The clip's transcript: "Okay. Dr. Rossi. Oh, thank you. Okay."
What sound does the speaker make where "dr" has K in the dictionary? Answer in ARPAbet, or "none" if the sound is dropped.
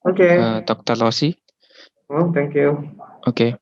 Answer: K